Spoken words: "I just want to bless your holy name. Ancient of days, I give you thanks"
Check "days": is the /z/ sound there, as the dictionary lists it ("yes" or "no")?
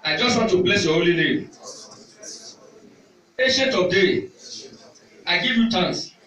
no